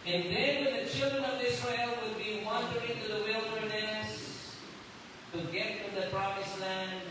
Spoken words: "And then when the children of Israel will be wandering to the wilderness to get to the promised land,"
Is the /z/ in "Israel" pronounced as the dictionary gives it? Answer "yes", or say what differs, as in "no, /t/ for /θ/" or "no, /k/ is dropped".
no, /s/ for /z/